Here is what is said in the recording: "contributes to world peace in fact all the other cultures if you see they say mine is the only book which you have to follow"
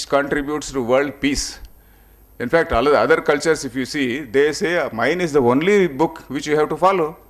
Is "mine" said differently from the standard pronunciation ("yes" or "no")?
no